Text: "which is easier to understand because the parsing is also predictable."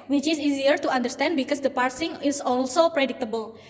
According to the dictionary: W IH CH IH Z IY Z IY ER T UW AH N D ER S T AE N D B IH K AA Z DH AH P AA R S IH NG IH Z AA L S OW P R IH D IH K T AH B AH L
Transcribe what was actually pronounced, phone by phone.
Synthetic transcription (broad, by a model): W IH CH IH S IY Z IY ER T UW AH N D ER S T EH N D B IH K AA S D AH P AA R S IH NG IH S AA L S OW P R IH D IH K T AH B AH L